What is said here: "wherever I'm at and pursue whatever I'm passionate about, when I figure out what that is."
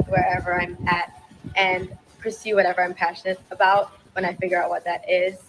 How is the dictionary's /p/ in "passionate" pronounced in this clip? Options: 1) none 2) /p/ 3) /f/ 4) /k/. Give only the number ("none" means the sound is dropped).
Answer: 2